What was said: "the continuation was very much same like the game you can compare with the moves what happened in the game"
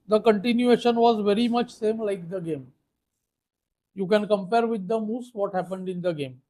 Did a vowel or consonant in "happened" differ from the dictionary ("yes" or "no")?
no